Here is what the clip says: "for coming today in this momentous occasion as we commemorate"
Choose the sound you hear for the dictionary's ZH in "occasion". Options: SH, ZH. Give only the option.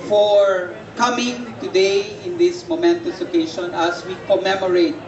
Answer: SH